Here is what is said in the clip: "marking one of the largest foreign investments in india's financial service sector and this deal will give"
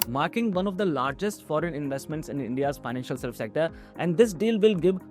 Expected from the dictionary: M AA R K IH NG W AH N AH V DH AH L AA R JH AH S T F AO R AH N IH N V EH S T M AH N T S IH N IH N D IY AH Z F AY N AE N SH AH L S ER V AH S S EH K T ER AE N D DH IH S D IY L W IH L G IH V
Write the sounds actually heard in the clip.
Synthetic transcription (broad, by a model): M AA R K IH NG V AH N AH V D AH L AA R JH AH S T F AO R AH N IH N V EH S T M AH N T S IH N IH N D IY AH Z F AY N AE N SH AH L S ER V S S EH K T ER AE N D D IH S D IY L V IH L G IH V